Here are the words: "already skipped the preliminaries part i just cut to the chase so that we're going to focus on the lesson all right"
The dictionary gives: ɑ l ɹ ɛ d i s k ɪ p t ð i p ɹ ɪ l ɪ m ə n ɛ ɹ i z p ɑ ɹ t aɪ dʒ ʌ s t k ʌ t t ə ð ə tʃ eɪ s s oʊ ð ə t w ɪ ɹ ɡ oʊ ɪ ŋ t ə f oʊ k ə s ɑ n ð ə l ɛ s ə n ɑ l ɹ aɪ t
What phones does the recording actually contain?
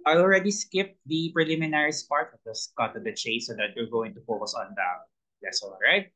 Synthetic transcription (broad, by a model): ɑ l ɹ ɛ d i s k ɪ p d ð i p ɹ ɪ l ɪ m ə n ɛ ɹ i s p ɑ ɹ t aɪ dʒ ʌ s k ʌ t t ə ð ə tʃ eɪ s s oʊ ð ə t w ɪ ɹ ɡ oʊ ɪ ŋ t ə f oʊ k ə s ɑ n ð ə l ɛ s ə l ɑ ɹ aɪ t